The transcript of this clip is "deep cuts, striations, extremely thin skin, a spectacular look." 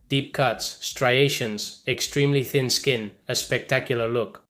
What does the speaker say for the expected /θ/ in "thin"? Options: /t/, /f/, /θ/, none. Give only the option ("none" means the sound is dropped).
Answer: /θ/